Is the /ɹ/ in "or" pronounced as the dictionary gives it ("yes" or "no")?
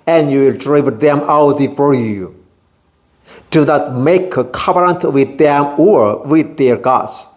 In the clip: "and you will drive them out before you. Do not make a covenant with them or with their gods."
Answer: yes